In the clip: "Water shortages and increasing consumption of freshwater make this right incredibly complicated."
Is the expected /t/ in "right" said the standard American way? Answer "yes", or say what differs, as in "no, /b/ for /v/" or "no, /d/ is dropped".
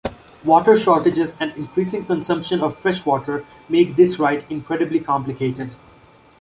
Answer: yes